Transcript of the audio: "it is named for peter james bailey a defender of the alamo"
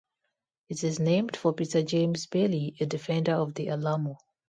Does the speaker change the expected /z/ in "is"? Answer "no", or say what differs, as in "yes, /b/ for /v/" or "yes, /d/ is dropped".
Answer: no